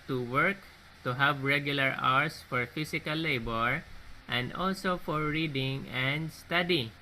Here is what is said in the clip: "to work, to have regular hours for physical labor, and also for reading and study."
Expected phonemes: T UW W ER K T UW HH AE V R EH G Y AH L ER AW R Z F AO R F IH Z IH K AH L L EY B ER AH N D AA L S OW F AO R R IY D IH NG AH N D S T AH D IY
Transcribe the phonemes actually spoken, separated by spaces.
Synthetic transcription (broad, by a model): T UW W ER K T UW HH AE V R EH G Y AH L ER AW R S F AO R F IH S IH K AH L L EY B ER AH N D AA L S OW F AO R R IY D IH NG AH N D S T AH D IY